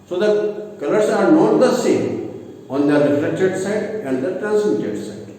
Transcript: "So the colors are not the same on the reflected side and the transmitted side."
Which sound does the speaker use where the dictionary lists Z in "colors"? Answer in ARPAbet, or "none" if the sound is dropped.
S